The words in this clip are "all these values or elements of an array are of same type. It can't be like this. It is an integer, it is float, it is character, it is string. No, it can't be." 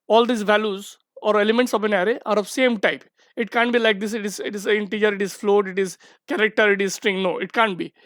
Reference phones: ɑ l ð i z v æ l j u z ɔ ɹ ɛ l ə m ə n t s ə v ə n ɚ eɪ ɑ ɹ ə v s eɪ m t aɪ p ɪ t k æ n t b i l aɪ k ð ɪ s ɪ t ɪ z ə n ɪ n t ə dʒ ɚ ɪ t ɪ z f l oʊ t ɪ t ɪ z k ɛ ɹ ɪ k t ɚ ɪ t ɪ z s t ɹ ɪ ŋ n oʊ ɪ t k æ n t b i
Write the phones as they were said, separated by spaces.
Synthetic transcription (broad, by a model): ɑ l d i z v æ l j u z ɔ ɹ ɛ l ə m ə n t s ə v ə n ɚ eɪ ɑ ɹ ə v s eɪ m t aɪ p ɪ t k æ n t b i l aɪ k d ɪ s ɪ t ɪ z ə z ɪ n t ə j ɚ ɪ t ɪ z f l oʊ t ɪ t ɪ z k ɛ ɹ ɪ k t ɚ ɪ t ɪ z s t ɹ ɪ ŋ n oʊ ɪ t k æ n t b i